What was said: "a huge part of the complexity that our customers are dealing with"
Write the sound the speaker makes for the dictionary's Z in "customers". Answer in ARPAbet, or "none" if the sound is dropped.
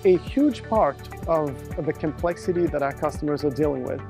Z